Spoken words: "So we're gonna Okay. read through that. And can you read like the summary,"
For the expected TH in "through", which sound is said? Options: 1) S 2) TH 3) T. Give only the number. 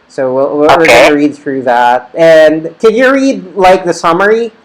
2